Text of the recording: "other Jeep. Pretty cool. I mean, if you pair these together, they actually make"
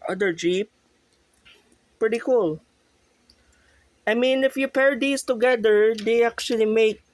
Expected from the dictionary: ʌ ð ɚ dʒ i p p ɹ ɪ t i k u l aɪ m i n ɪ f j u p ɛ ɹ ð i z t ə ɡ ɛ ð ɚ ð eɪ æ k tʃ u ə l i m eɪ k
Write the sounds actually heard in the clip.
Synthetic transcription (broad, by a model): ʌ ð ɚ dʒ i p p ɹ ɪ t i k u l aɪ m i n ɪ f j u p ɛ ɹ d i s t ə ɡ ɛ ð ɚ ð eɪ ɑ k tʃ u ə l i m eɪ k